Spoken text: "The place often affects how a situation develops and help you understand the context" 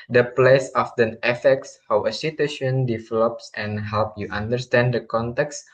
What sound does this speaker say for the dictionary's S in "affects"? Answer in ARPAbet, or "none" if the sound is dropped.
S